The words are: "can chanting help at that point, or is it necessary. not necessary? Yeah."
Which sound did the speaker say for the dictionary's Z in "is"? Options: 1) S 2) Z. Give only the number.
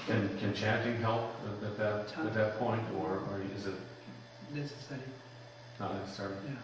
2